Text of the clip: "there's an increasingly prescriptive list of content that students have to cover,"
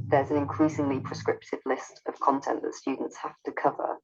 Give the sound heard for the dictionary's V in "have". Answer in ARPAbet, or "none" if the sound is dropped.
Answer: F